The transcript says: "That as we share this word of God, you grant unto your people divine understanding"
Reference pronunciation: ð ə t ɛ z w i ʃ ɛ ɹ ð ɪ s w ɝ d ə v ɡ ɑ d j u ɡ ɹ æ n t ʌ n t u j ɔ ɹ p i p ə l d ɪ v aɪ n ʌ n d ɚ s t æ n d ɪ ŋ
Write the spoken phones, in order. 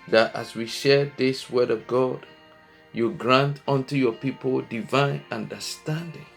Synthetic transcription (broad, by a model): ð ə t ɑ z w i ʃ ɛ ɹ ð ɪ s w ɝ d ə v ɡ ɑ d j u ɡ ɹ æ n t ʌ n t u j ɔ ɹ p i p ə l d ɪ v aɪ n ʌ n d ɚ s t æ n d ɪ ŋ